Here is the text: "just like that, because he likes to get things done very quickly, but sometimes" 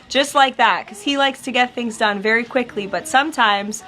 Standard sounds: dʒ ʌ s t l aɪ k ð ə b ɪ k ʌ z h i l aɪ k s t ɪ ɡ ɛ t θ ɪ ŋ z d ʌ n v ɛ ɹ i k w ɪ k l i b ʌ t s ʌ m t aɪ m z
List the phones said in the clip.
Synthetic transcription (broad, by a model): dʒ ʌ s t l aɪ k ð ə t k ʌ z h i l aɪ k s t ɪ ɡ ɛ t θ ɪ ŋ z d ʌ n v ɛ ɹ i k w ɪ k l i b ʌ t s ʌ m t aɪ m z